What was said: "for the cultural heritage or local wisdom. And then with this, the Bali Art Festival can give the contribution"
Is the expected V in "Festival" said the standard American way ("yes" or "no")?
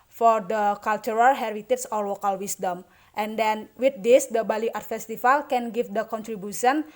no